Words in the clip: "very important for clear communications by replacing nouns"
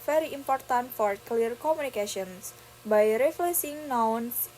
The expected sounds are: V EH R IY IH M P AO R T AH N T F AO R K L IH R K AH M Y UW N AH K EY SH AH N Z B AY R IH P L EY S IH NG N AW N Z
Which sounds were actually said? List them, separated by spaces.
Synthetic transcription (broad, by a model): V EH R IY IH M P AO R T AH N T F AO R K L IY R K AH M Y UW N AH K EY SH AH N S B AY R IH F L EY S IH NG N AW N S